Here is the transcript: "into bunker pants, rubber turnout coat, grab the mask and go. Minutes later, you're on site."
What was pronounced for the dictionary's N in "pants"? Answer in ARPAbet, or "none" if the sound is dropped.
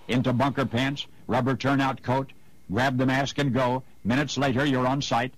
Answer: N